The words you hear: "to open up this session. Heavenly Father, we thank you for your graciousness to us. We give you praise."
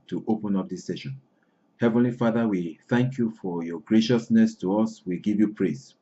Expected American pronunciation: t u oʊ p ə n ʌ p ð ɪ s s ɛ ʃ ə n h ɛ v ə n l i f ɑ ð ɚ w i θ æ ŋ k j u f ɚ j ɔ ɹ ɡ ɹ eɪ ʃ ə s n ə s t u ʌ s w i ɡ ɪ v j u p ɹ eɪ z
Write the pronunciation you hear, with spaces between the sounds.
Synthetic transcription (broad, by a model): t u oʊ p ə n ʌ p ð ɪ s s ɛ ʃ ə n h ɛ v ə n l i f ɑ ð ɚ w i θ æ ŋ k j u f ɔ j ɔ ɡ ɹ eɪ ʃ ə s n ə s t u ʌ s w i ɡ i v j u p ɹ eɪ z